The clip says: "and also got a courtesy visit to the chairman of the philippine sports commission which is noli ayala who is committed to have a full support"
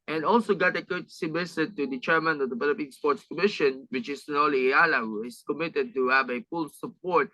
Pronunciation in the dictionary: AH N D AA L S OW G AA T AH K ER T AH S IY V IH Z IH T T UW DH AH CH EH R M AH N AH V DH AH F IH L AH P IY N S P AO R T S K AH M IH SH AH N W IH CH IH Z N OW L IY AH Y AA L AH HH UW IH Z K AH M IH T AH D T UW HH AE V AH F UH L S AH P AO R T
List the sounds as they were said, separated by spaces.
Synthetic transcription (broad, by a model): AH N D AA L S OW G AA T AH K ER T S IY B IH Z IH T T UW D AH CH EH R M AH N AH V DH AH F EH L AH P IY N S P AO R T S K AH M IH SH AH N W IH CH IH S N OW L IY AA L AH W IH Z K AH M IH T AH D T UW HH AE V AH F UH L S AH P AO R T